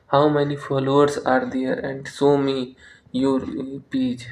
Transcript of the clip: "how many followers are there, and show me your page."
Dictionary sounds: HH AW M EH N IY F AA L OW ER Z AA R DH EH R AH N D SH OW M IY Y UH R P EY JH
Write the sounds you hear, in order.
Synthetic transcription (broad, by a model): HH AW M EH N IY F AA L OW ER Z AA R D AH R AH N D S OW M IY Y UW R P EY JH